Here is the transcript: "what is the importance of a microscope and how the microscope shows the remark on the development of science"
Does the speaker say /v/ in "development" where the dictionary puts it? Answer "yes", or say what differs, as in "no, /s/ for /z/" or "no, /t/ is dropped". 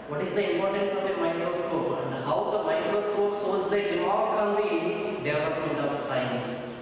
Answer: no, /v/ is dropped